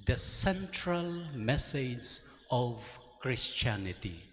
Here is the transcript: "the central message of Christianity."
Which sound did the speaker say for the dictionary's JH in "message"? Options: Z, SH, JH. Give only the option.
Z